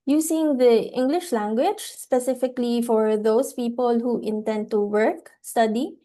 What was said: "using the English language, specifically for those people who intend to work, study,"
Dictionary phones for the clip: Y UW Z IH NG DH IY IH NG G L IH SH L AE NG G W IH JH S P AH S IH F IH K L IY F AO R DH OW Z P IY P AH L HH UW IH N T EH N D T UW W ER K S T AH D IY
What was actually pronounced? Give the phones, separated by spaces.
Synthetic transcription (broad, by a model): Y UW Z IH NG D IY IH NG G L IH SH L AE NG G W IH JH S P AH S IH F IH K L IY F AO R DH OW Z P IY P AH L HH UW IH N T EH N D T UW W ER K S T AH D IY